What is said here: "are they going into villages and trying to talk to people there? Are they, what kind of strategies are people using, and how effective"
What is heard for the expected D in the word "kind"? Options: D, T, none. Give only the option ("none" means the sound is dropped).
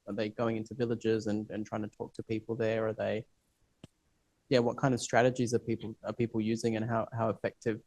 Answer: D